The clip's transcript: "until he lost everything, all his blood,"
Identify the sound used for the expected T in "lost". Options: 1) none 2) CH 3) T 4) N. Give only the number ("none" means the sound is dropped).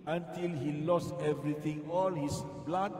3